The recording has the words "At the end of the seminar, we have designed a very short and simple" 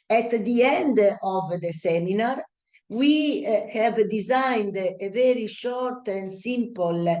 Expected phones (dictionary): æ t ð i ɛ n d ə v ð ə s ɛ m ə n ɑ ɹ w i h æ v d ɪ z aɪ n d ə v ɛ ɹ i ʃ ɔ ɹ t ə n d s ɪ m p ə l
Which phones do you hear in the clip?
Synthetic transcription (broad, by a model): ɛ t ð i ɛ n d ə v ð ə s ɛ m ə n ɑ ɹ w i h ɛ v d ɪ z aɪ n d ə v ɛ ɹ i ʃ ɔ ɹ t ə n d s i m p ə l